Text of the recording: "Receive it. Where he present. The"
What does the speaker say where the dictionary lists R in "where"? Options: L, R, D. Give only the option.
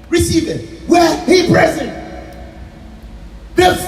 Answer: L